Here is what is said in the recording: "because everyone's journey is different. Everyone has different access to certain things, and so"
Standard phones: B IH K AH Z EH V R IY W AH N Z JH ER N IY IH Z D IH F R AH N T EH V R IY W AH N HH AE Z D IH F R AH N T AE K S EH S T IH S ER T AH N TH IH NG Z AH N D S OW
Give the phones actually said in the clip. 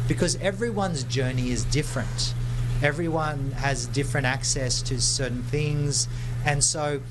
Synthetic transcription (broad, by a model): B IH K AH Z EH V R IY W AH N Z JH ER N IY IH Z D IH F R AH N T EH V R IY W AH N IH Z D IH F R AH N T AE K S EH S T IH S ER T N TH IH NG Z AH N S OW